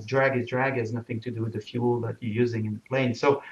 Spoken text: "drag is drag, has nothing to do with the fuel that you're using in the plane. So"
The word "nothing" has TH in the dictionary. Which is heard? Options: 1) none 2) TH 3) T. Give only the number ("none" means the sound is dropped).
2